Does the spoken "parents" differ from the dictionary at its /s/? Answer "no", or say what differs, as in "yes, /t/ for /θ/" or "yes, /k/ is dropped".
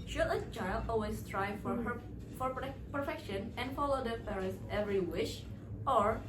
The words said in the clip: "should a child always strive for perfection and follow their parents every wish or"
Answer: yes, /s/ is dropped